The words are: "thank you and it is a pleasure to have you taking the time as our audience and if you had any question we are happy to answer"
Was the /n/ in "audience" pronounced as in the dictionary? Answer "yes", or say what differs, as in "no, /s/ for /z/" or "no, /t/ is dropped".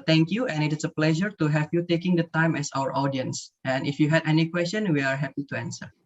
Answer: yes